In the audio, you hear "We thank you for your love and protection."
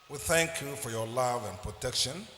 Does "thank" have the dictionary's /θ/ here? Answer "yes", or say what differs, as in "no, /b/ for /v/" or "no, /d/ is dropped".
yes